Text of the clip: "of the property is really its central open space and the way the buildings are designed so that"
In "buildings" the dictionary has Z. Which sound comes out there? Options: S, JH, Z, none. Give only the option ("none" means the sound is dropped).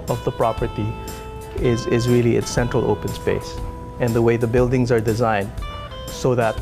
Z